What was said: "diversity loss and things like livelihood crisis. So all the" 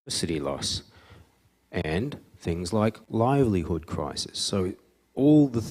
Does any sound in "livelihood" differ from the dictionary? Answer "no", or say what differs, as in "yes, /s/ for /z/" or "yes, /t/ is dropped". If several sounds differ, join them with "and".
no